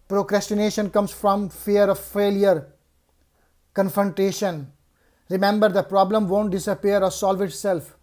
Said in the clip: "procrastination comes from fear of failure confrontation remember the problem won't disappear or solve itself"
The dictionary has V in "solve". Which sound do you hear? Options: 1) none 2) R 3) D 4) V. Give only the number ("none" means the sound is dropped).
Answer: 4